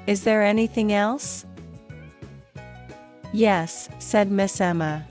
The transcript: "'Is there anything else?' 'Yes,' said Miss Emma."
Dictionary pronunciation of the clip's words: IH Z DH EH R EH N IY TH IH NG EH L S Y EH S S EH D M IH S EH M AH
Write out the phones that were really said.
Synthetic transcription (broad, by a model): IH Z DH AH R EH N IY TH IH NG EH L S Y EH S S EH D M IH S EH M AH